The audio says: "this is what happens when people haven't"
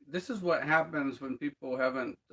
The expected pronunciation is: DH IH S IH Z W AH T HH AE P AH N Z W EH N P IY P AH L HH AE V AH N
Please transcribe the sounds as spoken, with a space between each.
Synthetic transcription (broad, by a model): DH IH S IH Z W AH T HH AE P AH N Z W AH N P IY P L HH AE V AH N